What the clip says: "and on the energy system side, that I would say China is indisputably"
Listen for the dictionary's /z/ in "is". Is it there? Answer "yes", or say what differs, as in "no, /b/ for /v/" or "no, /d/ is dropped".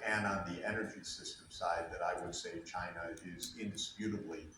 yes